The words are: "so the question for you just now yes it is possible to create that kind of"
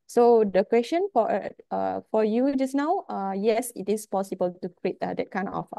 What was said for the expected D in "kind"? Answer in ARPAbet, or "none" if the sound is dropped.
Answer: none